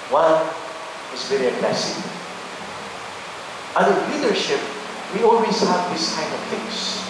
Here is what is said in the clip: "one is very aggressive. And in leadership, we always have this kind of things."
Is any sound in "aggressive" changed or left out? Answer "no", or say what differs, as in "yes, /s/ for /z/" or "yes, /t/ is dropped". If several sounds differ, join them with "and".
yes, /v/ is dropped